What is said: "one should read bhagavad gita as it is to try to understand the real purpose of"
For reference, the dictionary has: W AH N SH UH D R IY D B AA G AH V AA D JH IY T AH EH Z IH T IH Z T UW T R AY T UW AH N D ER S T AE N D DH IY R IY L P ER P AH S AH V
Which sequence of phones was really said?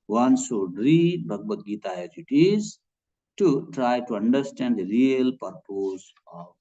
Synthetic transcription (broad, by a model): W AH N S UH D R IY B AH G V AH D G IY T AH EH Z IH T IH Z T UW T R AY T UW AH N D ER S T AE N D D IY R IY L P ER P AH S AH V